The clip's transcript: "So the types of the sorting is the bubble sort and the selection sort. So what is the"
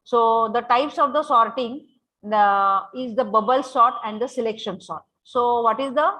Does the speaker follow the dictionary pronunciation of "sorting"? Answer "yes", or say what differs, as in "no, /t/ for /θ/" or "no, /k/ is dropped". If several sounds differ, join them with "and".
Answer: yes